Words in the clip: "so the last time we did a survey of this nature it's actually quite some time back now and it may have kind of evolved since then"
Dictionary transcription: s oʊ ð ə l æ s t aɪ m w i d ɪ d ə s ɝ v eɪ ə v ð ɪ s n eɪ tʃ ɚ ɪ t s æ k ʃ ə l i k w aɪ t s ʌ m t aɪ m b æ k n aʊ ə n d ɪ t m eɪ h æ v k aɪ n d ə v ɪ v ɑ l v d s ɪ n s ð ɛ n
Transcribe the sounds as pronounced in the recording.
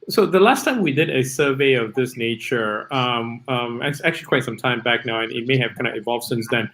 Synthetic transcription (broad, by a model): s oʊ ð ə l æ s t aɪ m w i d ɪ d ə s ɝ v eɪ ə v ð ɪ s n eɪ tʃ ɚ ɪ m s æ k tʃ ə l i k w aɪ t s ʌ m t aɪ m b æ k n aʊ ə n ɪ t m eɪ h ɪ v k aɪ n d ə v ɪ v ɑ l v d s ɪ n s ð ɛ n